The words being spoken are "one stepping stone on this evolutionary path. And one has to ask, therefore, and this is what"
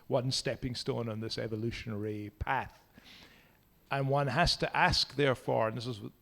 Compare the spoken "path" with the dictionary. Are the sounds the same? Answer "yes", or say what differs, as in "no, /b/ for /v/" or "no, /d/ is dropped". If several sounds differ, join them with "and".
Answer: yes